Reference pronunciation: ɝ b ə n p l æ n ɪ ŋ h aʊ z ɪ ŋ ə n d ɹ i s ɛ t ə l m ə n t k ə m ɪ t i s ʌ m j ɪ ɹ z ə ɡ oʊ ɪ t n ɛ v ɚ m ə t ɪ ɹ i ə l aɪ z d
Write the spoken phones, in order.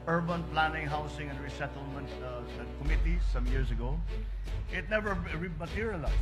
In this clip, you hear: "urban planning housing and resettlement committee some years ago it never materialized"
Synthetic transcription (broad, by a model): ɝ b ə n p l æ n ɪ ŋ h aʊ s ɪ ŋ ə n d ɹ i s ɛ t ə l m ə n t k ə m ɪ t i s ʌ m j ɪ ɹ s ə ɡ oʊ ɪ t n ɛ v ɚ m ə t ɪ ɹ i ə l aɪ